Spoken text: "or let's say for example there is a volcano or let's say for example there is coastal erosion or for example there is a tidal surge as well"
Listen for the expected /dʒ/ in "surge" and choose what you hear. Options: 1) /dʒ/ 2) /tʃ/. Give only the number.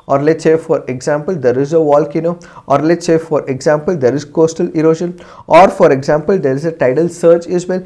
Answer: 2